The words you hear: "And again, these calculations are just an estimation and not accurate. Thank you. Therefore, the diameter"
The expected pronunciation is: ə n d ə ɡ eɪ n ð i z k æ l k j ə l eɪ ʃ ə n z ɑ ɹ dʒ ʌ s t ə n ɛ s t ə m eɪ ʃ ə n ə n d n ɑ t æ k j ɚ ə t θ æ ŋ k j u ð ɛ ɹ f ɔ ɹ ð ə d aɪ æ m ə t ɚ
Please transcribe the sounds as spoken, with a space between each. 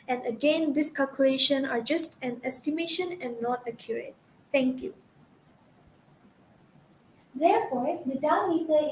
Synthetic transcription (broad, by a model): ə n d ə ɡ eɪ n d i s k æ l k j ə l eɪ ʃ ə n ɑ ɹ dʒ ʌ s t ə n ɛ s t ə m eɪ ʃ ə n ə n n ɑ t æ k j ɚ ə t t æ ŋ k j u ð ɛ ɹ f ɔ ɹ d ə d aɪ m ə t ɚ